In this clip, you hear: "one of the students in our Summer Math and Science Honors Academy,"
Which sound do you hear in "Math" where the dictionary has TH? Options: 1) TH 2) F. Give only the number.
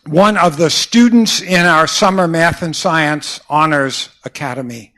1